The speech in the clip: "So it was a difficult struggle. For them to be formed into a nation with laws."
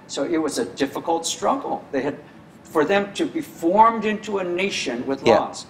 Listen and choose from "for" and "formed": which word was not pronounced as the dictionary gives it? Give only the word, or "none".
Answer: none